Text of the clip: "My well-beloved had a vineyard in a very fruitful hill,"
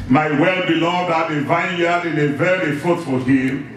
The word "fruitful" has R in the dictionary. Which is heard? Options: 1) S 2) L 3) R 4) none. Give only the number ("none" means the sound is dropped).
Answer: 4